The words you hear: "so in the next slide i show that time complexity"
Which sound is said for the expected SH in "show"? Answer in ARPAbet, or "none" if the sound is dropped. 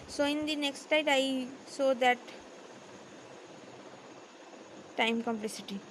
S